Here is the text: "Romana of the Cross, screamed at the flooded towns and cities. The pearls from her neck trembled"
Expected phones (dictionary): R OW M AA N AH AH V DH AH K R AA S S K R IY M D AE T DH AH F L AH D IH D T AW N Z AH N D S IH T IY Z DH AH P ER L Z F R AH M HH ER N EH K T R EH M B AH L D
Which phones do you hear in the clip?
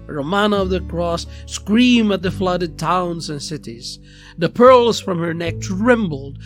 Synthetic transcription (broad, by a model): R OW M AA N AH AH V DH AH K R AA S S K R IY M AE T DH AH F L AH D IH D T AW N Z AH N S IH T IY Z DH AH P ER L Z F R AH M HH ER N EH K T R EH M B L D